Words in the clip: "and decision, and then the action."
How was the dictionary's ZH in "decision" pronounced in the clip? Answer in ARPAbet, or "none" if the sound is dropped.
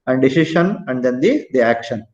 SH